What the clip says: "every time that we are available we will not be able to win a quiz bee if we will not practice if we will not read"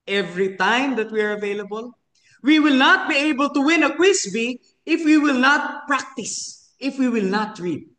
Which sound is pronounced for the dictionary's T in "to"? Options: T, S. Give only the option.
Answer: T